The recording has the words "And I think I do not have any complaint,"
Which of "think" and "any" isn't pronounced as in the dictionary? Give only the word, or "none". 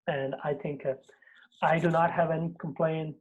none